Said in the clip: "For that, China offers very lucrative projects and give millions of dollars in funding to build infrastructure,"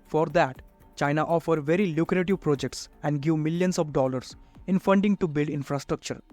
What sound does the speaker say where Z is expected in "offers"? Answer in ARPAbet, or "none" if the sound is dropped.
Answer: none